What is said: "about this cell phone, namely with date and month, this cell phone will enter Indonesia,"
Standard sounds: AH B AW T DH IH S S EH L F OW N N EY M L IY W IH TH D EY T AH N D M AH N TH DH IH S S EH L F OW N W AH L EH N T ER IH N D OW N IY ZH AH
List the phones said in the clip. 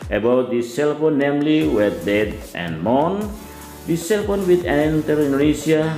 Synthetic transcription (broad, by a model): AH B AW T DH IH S S EH L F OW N N EY M L IY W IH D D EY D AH N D M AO N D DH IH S S EH L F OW N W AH N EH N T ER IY N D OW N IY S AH